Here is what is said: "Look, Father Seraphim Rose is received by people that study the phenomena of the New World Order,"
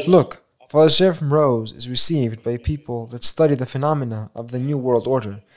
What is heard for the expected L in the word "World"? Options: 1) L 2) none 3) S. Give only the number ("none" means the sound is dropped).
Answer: 1